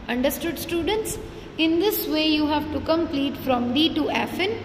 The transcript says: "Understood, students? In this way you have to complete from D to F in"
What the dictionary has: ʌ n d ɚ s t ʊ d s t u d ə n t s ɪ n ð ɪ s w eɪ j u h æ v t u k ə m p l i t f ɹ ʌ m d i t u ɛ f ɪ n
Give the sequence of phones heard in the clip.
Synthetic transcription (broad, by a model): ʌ n d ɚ s t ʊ d s t u d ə n t s ɪ n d ɪ s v eɪ j u h æ v t u k ə m p l i t f ɹ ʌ m d i t u ɛ f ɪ n